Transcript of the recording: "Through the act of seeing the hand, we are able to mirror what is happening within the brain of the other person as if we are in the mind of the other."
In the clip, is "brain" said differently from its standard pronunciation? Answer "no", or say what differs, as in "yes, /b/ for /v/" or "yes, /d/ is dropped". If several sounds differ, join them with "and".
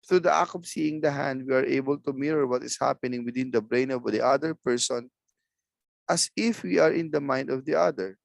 no